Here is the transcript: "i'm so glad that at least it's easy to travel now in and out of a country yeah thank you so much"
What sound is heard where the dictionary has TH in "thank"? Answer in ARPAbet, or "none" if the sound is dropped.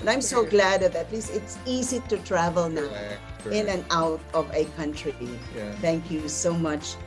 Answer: T